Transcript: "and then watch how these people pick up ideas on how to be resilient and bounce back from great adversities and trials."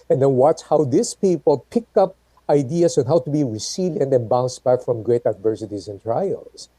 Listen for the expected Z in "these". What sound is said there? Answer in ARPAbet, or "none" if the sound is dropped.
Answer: S